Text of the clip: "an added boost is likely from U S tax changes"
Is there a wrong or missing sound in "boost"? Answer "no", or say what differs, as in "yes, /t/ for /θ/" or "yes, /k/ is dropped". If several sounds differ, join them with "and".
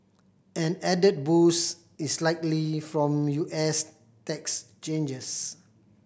yes, /t/ is dropped